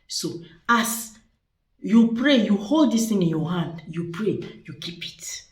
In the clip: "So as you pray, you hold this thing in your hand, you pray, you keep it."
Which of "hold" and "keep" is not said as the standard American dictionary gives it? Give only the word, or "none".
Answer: none